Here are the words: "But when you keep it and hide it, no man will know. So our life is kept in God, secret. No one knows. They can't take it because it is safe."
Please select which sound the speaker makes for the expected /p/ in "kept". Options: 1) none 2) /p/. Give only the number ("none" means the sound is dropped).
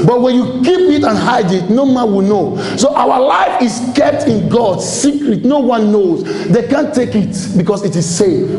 2